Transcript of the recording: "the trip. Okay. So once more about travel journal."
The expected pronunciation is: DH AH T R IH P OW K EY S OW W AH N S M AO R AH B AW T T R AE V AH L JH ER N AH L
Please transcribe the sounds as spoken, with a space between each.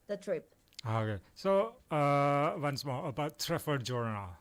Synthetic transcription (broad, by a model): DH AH T R IH P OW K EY S OW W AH N S M AO R AH B AW T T R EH F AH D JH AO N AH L